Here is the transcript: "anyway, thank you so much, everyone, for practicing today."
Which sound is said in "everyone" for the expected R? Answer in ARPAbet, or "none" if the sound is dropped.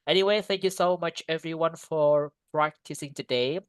R